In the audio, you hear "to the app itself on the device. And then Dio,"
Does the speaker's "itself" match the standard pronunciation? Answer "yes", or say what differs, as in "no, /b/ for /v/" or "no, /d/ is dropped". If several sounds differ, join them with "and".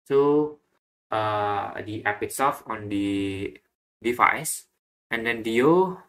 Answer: no, /l/ is dropped